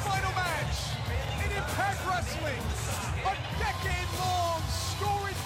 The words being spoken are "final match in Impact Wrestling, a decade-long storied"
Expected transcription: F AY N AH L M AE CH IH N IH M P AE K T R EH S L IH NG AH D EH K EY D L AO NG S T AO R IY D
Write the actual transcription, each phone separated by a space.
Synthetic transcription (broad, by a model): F AY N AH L M AE CH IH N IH P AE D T R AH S L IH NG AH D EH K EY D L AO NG S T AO R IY